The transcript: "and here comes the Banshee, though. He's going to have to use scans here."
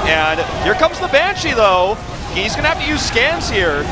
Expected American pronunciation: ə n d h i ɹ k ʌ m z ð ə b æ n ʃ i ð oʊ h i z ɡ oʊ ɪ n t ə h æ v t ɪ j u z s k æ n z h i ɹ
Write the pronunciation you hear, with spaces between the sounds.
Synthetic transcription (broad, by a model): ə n h i ɹ k ʌ m z ð ə b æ n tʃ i ð oʊ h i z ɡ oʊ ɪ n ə h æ f t ɪ j u z s k æ n z h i ɹ